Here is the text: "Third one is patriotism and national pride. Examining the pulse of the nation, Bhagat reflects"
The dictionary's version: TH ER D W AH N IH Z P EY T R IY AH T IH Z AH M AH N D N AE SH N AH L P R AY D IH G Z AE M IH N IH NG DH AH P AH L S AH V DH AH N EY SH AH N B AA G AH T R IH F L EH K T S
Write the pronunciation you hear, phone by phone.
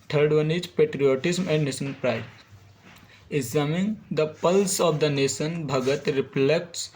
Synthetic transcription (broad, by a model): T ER D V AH N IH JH P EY T R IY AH T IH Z M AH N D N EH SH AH N P R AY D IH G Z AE M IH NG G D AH P AH L S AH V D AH N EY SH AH N B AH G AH T R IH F L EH K T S